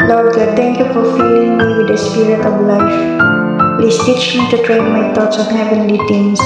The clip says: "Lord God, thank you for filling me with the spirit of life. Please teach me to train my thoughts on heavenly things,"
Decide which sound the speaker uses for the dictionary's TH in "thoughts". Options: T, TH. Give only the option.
T